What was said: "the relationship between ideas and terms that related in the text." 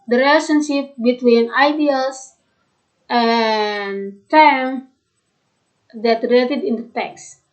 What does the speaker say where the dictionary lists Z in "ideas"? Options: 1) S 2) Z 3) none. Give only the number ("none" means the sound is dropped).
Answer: 1